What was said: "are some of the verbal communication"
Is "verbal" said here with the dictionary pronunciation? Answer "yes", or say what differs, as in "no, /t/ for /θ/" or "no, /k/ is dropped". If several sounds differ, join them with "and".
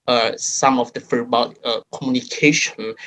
no, /f/ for /v/